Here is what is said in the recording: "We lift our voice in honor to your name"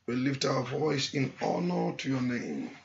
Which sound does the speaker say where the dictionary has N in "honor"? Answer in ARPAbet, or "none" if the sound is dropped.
N